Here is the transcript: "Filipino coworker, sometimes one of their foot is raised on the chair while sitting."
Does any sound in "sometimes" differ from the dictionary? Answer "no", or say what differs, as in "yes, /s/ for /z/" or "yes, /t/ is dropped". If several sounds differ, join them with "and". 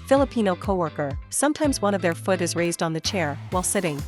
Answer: no